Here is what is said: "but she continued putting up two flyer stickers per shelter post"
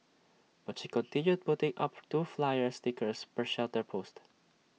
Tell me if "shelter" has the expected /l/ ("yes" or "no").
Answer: yes